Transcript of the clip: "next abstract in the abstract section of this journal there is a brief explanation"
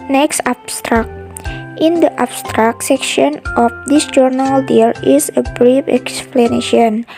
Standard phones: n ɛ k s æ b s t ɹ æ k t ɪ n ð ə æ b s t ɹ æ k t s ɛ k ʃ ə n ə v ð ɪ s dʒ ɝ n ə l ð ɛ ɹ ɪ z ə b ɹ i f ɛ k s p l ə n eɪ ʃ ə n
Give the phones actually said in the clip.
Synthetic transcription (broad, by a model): n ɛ k s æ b s t ɹ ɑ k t ɪ n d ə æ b s t ɹ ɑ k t s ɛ k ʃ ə n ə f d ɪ s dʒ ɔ n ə l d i l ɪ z ə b ɹ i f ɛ k s p l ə n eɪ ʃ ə n